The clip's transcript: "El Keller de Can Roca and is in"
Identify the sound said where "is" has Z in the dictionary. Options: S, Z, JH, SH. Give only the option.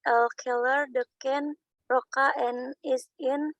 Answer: S